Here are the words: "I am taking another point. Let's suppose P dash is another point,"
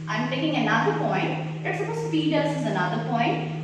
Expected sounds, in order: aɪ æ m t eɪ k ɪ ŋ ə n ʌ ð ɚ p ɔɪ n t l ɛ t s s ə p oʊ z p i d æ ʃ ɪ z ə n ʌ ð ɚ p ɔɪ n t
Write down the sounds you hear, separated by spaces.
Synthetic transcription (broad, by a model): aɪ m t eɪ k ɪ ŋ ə n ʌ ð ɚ p ɔɪ n t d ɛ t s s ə oʊ s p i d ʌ s ɪ z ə n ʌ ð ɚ p ɔɪ n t